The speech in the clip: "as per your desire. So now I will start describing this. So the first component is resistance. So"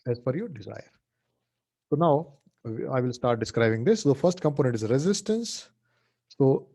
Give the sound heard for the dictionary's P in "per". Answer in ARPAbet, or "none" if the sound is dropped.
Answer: F